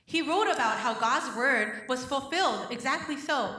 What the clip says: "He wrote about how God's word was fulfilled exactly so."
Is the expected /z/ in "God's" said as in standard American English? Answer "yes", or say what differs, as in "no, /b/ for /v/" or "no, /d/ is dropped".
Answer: yes